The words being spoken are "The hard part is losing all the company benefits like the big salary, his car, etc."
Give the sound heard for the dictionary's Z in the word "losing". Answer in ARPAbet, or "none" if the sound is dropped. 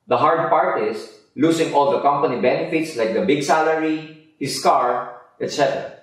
S